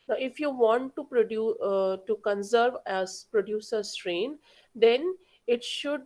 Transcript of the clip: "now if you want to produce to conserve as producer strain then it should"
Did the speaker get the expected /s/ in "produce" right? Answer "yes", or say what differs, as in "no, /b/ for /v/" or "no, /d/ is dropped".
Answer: no, /s/ is dropped